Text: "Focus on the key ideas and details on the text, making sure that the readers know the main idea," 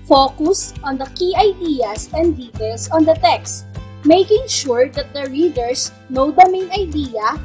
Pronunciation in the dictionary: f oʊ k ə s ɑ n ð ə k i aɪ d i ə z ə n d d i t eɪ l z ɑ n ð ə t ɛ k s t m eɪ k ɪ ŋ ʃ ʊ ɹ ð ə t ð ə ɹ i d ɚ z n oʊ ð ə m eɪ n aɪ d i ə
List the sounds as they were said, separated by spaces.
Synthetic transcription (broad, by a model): f oʊ k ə s ɑ n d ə k i aɪ d i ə s ə n d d i t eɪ l s ɑ n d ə t ɛ k s t m eɪ k ɪ ŋ ʃ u ɹ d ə t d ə ɹ i d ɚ s n oʊ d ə m eɪ n aɪ d i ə